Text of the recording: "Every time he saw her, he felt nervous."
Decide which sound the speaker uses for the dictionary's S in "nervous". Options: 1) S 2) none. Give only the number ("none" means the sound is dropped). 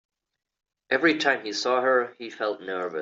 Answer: 2